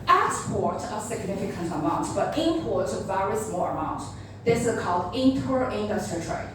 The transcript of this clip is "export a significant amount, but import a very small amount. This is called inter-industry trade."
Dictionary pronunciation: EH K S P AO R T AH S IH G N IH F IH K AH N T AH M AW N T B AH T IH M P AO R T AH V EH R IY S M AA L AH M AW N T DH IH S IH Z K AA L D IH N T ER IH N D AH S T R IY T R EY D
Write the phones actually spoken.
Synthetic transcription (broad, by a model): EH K S P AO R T AH S IH G N IH F IH K AH N T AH M AW N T B AH T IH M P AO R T AH V EH R IY S M AA L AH M AW N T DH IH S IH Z K AA L D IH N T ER IH N D AH S T R IY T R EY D